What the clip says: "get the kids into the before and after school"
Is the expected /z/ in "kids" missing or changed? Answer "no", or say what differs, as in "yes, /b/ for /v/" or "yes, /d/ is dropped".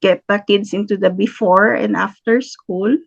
yes, /s/ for /z/